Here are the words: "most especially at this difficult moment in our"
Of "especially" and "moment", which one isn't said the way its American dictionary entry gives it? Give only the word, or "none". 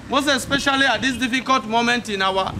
none